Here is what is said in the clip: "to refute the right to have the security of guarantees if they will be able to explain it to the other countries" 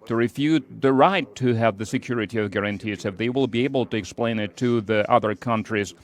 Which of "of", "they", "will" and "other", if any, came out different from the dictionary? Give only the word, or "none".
none